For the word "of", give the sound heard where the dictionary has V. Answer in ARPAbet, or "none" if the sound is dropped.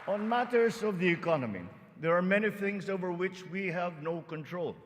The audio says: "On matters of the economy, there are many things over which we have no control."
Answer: V